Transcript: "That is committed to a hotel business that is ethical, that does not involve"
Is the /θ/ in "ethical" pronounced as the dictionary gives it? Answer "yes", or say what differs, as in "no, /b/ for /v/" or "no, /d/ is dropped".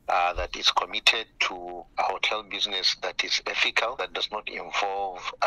no, /f/ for /θ/